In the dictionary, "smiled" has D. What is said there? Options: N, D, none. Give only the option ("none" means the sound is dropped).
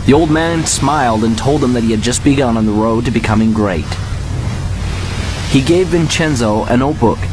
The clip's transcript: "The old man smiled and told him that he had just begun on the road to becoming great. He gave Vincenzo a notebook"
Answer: D